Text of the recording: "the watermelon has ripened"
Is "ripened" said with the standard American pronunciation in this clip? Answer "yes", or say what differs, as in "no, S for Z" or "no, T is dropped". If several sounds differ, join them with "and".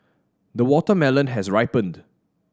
yes